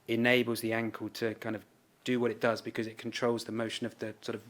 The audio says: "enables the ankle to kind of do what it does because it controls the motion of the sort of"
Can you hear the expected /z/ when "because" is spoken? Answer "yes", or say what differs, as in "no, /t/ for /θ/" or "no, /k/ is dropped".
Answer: yes